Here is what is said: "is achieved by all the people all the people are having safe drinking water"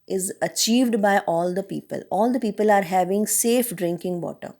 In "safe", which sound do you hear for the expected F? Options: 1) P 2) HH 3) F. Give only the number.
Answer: 3